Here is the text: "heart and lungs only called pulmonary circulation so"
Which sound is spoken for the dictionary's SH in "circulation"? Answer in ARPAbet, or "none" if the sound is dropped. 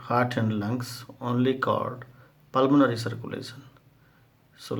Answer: S